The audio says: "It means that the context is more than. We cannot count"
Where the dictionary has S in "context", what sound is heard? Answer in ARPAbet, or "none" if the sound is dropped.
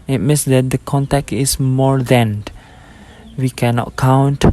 none